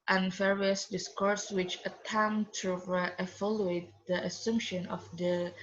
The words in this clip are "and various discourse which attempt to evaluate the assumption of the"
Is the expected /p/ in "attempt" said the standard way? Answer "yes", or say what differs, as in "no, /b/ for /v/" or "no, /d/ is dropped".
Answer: no, /p/ is dropped